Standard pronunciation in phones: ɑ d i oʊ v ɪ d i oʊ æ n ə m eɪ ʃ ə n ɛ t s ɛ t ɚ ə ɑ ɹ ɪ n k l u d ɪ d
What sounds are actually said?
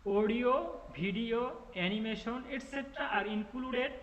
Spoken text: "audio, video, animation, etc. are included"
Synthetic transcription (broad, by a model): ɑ d i oʊ b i d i oʊ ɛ n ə m eɪ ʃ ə n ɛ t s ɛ t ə ɑ ɹ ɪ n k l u d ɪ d